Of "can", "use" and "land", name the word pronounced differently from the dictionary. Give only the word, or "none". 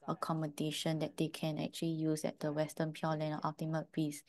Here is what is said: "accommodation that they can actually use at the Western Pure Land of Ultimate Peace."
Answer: land